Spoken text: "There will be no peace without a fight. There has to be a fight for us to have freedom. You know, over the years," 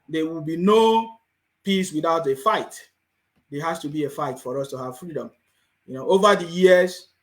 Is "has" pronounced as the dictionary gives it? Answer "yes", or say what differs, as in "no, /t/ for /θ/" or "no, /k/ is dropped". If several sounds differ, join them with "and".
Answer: no, /s/ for /z/